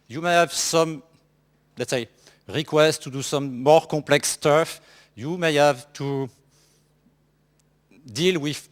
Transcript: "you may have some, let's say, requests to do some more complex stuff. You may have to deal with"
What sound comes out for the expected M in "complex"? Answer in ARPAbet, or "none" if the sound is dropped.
none